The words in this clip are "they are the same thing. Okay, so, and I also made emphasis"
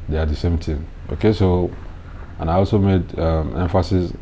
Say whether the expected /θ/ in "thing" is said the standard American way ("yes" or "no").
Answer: no